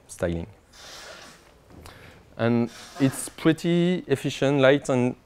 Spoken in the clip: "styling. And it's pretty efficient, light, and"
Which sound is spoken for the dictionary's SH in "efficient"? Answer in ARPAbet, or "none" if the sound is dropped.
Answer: SH